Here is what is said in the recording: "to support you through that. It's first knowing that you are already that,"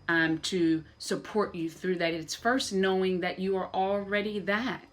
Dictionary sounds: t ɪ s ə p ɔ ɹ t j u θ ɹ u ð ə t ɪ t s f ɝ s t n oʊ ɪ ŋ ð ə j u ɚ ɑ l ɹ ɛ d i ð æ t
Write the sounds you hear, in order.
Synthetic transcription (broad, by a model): t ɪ s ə p ɔ ɹ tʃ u θ ɹ u ð ə t ɪ t s f ɝ s t n oʊ ɪ ŋ ð ə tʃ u ɚ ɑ l ɹ ɛ d i ð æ t